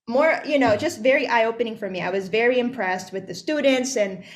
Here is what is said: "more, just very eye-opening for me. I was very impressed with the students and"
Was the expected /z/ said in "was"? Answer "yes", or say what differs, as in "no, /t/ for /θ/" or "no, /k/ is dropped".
yes